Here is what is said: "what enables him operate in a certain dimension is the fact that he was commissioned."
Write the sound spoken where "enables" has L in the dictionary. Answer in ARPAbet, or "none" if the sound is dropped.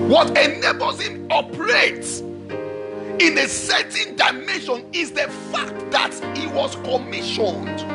none